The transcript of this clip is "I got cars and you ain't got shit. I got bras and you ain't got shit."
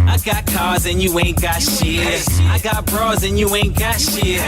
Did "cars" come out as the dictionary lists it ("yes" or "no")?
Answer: yes